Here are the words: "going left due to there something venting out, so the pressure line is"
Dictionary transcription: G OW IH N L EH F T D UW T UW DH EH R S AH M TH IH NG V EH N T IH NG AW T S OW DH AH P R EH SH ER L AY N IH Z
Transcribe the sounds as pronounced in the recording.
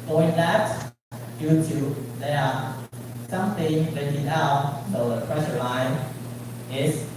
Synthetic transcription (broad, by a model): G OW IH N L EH T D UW T UW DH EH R S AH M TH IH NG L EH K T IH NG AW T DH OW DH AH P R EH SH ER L AY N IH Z